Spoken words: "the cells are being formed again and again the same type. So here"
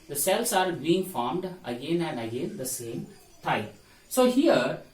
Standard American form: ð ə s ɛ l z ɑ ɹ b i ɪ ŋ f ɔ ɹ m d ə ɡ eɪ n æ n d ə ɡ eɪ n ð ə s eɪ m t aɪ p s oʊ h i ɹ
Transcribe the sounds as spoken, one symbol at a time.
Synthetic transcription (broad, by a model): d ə s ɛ l s ɑ ɹ b i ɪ ŋ f ɔ ɹ m d ə ɡ eɪ n æ n d ə ɡ eɪ n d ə s eɪ m t aɪ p s oʊ h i ɹ